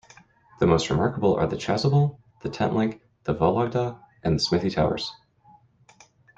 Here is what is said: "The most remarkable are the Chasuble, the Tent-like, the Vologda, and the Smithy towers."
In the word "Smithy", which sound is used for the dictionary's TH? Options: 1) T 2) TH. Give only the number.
2